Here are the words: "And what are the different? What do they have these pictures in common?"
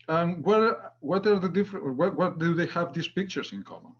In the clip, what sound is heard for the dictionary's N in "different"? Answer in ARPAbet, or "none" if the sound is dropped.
none